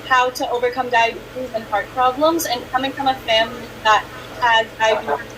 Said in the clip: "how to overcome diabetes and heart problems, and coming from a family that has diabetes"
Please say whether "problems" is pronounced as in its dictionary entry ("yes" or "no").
yes